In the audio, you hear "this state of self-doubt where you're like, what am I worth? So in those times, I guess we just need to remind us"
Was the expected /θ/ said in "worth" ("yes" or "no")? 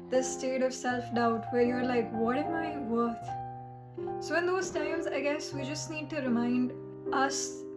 no